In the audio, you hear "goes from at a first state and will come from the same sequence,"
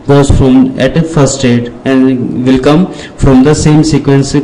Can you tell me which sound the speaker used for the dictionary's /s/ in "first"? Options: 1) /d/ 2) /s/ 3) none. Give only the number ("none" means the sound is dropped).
3